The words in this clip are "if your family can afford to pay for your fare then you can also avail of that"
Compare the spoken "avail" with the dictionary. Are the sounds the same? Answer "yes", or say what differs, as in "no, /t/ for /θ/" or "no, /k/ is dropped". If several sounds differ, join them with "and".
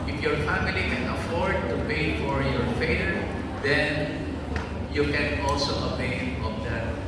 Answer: no, /p/ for /v/ and /n/ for /l/